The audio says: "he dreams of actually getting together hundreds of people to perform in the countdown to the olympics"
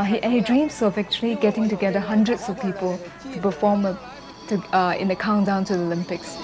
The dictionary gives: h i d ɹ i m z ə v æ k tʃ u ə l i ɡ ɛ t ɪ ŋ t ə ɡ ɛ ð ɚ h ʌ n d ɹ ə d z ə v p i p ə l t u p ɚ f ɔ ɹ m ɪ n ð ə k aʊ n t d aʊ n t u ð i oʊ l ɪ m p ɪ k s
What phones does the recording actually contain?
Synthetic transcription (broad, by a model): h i d ɹ i m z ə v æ k tʃ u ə l i ɡ ɛ t ɪ ŋ t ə ɡ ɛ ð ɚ h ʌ n d ɹ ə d s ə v p i p ə l t u p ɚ f ɔ ɹ m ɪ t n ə k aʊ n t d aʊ n t u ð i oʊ l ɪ m p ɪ k s